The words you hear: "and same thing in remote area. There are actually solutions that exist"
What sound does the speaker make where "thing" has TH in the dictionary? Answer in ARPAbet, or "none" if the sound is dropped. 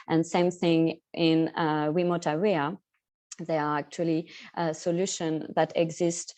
TH